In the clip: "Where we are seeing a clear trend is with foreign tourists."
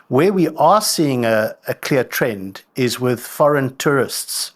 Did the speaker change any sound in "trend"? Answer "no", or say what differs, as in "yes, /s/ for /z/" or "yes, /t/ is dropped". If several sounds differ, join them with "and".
no